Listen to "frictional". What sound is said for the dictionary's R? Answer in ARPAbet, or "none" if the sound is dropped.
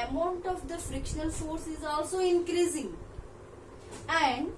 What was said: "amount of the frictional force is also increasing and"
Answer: R